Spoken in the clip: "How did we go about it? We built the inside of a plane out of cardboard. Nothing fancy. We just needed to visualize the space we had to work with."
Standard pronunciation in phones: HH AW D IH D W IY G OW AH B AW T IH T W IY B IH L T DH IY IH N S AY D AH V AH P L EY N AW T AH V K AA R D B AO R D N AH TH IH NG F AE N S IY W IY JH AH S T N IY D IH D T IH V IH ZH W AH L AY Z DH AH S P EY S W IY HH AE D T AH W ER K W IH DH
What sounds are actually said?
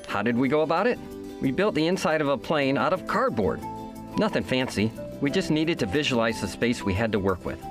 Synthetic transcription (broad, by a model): HH AW D IH D W IY G OW AH B AW T IH T W IY B IH L T DH IY IH N S AY D AH V AH P L EY N AW T AH V K AA R D B AO R D N AH TH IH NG F AE N S IY W IY JH AH S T N IY D IH D T IH V IH ZH W AH L AY Z DH AH S P EY S W IY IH D T AH W ER K W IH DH